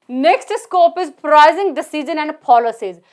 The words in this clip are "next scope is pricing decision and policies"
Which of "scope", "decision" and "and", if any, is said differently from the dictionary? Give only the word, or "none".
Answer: decision